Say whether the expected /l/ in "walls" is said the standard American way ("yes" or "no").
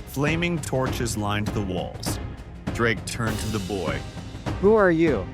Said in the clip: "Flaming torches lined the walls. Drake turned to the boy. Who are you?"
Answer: yes